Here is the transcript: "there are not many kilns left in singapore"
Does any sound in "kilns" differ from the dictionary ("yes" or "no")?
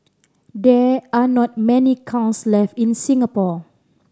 yes